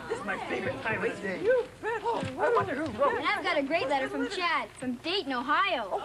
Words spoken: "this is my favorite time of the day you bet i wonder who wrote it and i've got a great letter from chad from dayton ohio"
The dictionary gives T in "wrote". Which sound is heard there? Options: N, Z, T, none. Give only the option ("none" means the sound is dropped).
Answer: none